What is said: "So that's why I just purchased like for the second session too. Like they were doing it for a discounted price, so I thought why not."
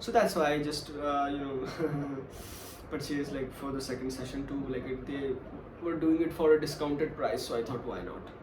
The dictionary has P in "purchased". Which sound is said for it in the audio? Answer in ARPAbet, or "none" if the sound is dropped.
B